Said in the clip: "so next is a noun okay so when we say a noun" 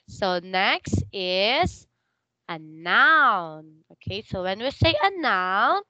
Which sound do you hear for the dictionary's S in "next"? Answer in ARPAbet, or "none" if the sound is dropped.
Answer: S